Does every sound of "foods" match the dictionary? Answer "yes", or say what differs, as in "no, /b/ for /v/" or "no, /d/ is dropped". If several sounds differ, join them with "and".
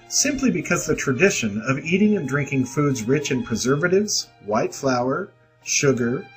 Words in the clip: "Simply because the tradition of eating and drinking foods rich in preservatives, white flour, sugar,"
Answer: yes